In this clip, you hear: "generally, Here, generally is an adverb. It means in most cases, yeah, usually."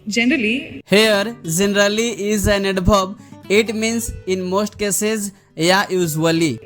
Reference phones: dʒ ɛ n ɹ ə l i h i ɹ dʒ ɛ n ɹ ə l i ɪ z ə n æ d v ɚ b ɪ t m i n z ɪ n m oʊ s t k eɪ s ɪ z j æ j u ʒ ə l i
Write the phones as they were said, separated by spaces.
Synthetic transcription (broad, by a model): dʒ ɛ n ɹ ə l i h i ɹ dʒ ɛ n ɹ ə l i ɪ z ə n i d b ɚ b ɪ t m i n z ɪ n m oʊ s t k eɪ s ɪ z j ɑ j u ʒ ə l i